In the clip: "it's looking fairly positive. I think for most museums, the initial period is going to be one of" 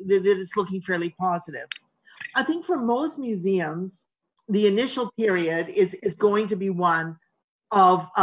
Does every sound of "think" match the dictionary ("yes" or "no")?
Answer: yes